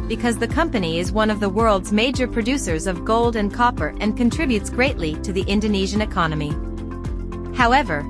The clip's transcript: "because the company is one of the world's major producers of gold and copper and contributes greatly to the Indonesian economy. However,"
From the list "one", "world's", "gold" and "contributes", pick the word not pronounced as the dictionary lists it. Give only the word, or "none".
none